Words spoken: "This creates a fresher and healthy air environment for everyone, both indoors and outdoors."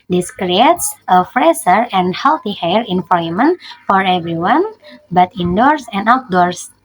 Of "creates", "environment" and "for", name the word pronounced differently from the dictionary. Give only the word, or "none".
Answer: environment